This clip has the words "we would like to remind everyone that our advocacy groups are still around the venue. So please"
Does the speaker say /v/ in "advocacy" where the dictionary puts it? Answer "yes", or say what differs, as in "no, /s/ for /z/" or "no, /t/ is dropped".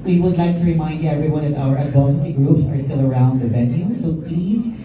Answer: no, /v/ is dropped